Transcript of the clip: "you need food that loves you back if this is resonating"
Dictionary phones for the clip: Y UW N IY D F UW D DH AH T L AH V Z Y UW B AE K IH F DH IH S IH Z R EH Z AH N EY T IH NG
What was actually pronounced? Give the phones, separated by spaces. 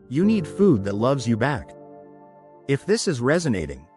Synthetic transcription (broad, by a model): Y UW N IY D F UW D DH AH T L AH V Z Y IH B AE K IH F DH IH S IH Z R EH Z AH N EY T IH NG